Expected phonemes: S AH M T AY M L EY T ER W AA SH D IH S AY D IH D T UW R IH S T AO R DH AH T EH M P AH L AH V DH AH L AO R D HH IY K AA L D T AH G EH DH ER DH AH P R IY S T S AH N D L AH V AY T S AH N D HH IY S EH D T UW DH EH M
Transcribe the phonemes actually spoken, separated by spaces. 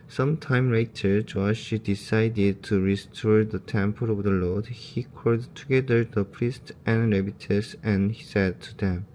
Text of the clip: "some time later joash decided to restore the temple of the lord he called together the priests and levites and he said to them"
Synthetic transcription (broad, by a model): S AH M T AY M L EY T ER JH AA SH D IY S AY D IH D T UW R IH S T AO R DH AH T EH M P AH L AH V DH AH L AO R D HH IY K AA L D T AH G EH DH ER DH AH P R IY S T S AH N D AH B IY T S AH N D HH IY S EH D T UW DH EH M